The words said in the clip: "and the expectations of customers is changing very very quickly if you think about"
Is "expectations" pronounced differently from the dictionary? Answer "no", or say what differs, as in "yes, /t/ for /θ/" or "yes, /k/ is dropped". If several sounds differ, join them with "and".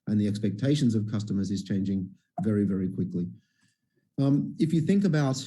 no